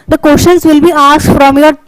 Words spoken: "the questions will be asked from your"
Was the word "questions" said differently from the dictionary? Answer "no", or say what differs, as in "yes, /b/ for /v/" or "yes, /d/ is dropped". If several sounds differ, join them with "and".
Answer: yes, /ʃ/ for /tʃ/